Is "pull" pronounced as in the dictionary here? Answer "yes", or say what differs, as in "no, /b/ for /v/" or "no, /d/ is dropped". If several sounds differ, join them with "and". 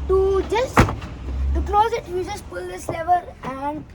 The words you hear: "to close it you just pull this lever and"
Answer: yes